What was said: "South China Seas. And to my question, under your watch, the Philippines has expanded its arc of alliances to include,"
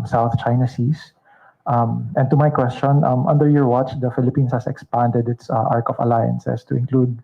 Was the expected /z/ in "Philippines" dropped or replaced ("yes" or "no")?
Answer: yes